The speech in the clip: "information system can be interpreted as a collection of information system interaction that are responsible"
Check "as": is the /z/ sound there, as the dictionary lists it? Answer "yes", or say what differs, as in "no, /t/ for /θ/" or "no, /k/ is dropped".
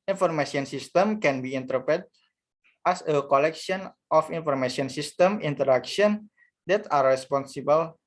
no, /s/ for /z/